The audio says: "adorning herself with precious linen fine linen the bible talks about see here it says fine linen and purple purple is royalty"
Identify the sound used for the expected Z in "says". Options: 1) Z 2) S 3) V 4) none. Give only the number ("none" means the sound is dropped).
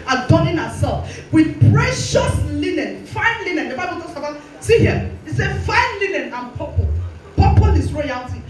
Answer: 4